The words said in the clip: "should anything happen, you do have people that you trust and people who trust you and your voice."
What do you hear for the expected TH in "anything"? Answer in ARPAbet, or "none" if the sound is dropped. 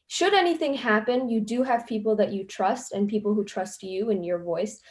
TH